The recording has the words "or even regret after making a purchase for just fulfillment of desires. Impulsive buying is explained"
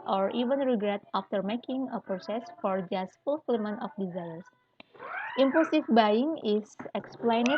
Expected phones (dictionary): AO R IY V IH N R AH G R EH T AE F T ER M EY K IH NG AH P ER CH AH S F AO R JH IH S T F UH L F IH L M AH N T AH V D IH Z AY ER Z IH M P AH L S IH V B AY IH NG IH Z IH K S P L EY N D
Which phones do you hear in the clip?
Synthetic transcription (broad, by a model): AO R IY V IH N R AH G R EH T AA F T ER M EY K IH NG AH P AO S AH S F AO R JH IH S T F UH L F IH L M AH N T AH F D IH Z AY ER S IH M P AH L S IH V B AY IH NG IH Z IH K S P L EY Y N